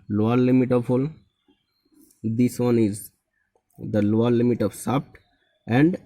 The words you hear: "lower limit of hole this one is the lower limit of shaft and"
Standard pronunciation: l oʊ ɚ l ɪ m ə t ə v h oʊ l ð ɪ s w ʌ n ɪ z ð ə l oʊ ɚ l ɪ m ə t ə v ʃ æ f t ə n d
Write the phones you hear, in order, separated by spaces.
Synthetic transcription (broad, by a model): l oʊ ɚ l ɪ m ə t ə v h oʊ l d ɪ s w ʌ n ɪ z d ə l oʊ ɚ l ɪ m ə t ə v s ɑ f t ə n d